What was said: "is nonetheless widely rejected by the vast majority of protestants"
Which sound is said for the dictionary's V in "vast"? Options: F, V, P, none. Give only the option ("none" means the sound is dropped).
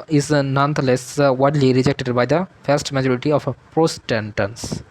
F